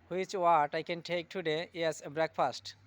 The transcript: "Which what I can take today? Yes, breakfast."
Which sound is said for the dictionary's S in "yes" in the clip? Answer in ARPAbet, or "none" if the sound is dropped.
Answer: none